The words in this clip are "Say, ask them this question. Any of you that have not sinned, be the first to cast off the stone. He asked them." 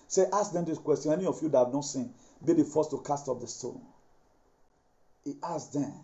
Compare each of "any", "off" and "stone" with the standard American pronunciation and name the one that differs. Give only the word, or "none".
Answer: off